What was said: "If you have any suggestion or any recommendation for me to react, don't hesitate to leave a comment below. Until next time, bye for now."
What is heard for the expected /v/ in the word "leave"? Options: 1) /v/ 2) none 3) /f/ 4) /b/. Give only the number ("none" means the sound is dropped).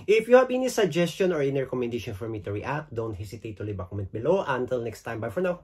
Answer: 4